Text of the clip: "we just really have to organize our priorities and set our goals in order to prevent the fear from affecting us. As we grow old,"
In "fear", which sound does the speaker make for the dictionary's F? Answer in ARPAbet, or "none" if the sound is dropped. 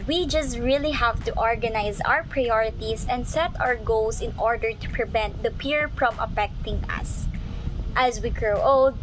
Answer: P